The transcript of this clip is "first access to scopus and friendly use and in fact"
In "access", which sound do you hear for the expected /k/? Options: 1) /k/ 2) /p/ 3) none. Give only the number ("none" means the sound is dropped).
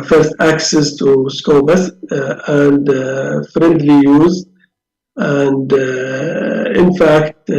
1